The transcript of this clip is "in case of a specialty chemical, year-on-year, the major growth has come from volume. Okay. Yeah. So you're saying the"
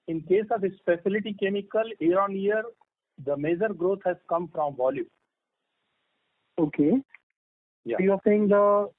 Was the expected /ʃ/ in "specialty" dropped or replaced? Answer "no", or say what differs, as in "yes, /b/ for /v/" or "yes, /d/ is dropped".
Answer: yes, /s/ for /ʃ/